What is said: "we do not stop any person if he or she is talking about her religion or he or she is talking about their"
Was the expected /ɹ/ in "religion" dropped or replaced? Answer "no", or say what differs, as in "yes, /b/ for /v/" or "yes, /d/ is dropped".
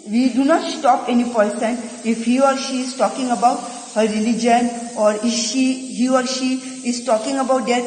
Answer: no